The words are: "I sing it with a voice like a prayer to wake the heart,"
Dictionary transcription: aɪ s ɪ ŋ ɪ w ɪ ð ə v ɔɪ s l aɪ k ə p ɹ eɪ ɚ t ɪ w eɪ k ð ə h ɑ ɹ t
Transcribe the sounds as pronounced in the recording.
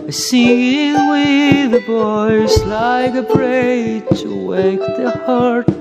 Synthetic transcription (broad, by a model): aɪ s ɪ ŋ w ɪ ð ə b ɔɪ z l aɪ k ə b ɹ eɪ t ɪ w eɪ k ð ə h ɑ ɹ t